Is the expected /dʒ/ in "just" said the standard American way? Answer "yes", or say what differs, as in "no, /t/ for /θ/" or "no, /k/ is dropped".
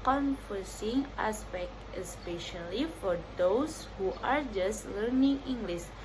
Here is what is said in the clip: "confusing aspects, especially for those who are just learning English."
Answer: yes